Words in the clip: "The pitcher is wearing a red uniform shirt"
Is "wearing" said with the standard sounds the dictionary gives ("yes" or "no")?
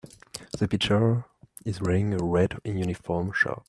no